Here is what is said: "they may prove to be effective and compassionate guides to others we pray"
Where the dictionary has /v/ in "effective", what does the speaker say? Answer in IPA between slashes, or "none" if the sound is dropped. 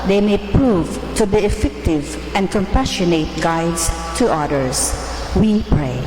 /v/